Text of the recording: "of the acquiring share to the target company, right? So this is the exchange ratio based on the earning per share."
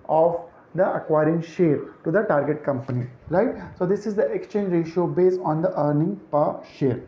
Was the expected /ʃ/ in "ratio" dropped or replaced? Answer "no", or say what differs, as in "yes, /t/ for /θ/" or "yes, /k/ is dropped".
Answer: no